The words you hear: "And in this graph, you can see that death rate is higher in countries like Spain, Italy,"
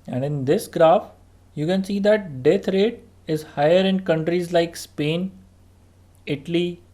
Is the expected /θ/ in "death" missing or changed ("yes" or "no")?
yes